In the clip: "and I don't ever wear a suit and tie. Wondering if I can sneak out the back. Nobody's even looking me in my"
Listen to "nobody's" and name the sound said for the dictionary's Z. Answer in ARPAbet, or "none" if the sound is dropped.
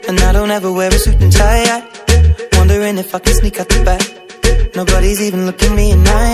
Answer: Z